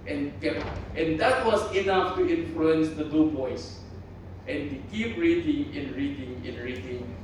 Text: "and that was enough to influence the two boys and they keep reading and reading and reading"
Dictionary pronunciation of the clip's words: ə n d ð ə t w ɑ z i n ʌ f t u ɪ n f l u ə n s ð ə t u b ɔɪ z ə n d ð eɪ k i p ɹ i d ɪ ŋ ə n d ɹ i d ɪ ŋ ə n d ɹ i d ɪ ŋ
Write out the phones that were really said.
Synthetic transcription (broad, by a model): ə n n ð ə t w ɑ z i n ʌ f t u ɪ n f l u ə n s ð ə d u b ɔɪ s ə n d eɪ k i p ɹ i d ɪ ŋ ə n ɹ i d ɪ ŋ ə n ɹ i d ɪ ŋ